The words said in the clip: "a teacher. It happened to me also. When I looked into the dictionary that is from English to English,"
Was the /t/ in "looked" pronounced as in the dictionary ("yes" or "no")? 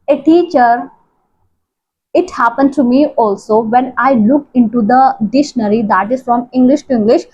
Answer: no